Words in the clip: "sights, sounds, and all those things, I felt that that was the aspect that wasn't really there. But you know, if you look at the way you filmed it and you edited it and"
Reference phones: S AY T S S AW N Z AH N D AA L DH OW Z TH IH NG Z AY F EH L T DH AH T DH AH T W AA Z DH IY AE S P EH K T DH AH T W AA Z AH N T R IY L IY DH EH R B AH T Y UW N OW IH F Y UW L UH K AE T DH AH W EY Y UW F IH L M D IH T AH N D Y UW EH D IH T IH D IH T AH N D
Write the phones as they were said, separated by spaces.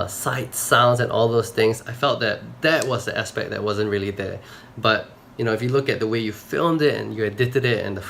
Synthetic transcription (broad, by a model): S AY T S S AW N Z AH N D AA L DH OW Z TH IH NG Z AY F EH L T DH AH T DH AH T W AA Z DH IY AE S P EH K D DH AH T W AA Z AH N T R IY L IY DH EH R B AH T Y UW N OW IH F Y UW L UH K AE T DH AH W EY Y UW F IH L M D IH T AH N Y UW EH D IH T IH D IH T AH N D